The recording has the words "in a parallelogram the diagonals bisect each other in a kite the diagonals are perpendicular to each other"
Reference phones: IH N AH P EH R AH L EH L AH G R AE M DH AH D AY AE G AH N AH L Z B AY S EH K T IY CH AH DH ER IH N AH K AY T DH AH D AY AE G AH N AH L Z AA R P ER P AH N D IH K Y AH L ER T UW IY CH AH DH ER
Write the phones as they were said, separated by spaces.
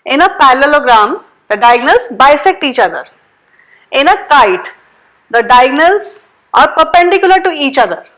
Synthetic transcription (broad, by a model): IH N AH P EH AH L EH L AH G R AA M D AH D AY G N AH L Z B AY S EH K T IY CH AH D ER IH N AH K AY T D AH D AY G N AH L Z AA R P ER P AH N D IH K Y AH L ER T UW IY CH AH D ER